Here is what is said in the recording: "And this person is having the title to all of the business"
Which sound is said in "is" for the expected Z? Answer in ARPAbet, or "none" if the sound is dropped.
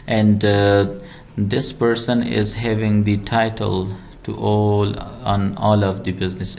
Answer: Z